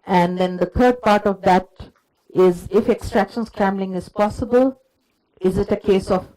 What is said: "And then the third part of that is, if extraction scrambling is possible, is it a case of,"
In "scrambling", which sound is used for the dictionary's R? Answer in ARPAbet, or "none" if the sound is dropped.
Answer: R